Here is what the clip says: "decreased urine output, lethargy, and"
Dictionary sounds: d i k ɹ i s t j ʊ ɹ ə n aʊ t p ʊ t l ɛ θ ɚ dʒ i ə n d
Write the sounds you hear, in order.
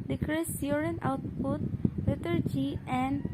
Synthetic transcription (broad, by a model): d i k ɹ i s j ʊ ɹ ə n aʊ t p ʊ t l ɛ t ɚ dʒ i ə n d